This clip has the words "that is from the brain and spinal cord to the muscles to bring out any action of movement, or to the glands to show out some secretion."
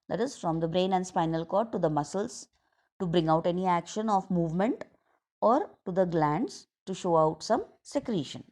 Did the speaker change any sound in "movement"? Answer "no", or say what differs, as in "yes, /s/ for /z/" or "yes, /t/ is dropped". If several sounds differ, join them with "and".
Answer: no